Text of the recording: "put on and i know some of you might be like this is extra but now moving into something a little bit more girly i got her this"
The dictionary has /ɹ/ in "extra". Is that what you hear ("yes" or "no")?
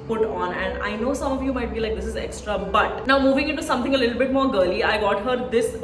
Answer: yes